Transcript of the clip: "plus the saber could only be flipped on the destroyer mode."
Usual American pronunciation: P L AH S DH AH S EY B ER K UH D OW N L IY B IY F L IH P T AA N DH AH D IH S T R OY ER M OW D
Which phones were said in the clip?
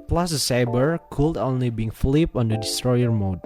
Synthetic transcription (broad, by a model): P L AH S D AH S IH B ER K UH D OW N L IY B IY F L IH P AA N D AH D IH S T R OY ER M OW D